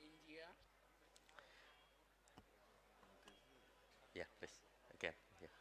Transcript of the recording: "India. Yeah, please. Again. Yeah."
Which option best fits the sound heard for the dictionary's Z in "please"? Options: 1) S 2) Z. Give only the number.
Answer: 1